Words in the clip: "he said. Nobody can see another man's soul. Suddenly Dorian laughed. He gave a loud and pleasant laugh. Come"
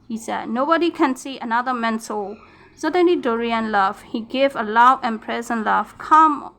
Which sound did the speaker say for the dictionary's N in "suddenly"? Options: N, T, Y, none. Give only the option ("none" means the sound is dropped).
N